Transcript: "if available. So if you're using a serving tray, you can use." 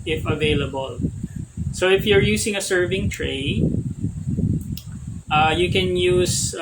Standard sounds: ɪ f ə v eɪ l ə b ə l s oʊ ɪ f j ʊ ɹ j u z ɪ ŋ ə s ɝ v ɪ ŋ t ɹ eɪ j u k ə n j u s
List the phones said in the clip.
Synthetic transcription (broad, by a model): ɪ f ə v eɪ l ə b ə l s oʊ ɪ f j ʊ ɹ j u s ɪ ŋ ə s ɝ v ɪ ŋ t ɹ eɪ j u k ə n j u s